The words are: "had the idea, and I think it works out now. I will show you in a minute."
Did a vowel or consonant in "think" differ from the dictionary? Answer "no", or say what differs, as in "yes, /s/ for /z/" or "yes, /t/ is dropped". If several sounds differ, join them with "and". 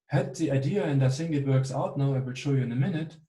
yes, /s/ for /θ/